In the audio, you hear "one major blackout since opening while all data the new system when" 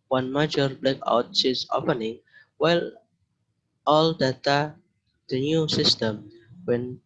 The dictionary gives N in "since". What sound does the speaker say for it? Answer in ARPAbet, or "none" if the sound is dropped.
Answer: none